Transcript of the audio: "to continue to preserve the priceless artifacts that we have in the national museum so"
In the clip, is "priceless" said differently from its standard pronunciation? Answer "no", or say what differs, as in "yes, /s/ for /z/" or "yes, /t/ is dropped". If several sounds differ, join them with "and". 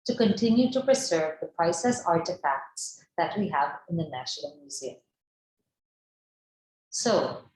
yes, /l/ is dropped